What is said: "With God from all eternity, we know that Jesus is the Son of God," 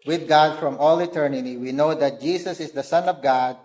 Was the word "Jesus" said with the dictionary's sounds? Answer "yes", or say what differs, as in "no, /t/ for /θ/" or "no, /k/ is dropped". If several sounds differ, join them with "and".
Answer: no, /s/ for /z/